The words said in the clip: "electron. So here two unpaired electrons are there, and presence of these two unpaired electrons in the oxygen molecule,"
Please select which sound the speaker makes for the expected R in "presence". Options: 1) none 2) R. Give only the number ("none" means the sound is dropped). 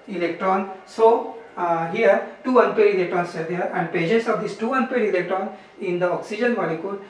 1